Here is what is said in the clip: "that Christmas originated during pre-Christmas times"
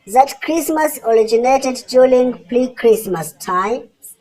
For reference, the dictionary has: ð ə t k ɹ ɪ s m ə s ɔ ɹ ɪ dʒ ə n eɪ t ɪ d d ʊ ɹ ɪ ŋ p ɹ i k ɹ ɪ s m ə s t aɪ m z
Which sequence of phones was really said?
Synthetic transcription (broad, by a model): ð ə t k ɹ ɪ s m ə s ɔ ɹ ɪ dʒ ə n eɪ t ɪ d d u l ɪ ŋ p l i k ɹ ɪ s m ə s t aɪ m